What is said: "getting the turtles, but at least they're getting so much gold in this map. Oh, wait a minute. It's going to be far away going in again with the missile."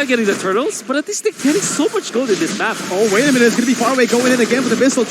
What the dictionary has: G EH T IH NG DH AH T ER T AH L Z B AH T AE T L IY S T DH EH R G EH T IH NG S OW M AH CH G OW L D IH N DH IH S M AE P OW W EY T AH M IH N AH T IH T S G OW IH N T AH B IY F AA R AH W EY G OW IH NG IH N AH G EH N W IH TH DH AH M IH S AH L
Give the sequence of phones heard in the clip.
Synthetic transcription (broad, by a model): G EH T IH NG DH AH T ER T L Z B AH T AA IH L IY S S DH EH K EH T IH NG S OW M AH CH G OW D IH N DH IH S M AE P OW W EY AH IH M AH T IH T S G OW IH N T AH B IY F AA R AH W EY G OW IH NG IH N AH G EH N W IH DH AH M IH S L